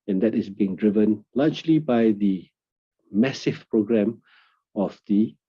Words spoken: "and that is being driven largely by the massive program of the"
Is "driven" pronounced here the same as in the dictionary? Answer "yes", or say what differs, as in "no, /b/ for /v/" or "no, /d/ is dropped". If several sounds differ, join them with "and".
yes